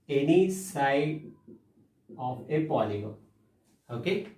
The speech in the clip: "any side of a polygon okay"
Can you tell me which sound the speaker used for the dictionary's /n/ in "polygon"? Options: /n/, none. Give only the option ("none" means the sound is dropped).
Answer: none